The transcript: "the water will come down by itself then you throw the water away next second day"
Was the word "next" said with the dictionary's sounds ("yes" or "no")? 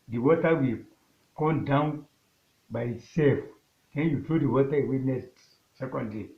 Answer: no